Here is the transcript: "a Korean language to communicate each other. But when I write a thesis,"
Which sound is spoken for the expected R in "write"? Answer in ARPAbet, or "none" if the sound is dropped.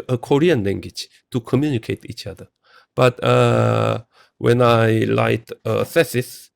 L